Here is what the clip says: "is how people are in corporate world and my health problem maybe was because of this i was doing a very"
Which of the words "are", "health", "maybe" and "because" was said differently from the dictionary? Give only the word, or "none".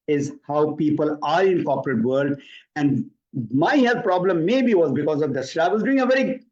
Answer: health